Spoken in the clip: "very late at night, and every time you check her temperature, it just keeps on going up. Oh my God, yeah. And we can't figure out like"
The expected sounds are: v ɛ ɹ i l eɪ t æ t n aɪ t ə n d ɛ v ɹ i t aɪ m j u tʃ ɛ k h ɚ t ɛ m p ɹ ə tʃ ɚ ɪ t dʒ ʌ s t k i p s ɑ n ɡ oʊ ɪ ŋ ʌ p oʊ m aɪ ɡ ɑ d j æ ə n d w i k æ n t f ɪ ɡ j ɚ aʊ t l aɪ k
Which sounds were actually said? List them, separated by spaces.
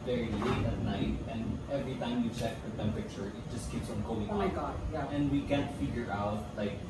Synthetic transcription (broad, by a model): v ɛ ɹ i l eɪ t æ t n aɪ t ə n ɛ v ɹ i t aɪ m j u tʃ ɛ k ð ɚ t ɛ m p ə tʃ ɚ ɪ t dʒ ʌ s k i p s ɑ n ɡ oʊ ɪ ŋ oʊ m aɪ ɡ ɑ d j æ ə n w i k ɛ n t f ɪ ɡ j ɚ aʊ t l aɪ k